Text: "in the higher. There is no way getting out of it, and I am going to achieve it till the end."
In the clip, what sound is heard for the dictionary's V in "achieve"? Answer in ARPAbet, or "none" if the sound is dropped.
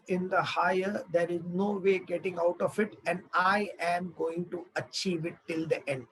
V